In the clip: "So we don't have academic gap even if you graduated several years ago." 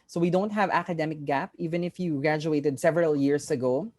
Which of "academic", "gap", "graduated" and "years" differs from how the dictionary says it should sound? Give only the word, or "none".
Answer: years